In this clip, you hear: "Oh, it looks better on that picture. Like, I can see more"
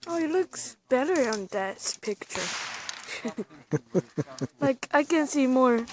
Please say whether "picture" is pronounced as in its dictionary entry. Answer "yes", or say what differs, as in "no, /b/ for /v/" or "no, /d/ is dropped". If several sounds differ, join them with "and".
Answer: yes